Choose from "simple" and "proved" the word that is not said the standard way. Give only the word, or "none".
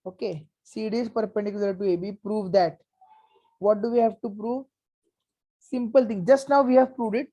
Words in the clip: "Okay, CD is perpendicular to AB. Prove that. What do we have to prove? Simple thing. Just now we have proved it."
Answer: none